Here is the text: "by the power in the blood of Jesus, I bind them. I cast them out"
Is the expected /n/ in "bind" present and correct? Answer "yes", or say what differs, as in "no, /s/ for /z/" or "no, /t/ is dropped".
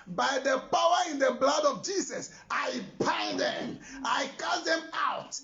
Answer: no, /n/ is dropped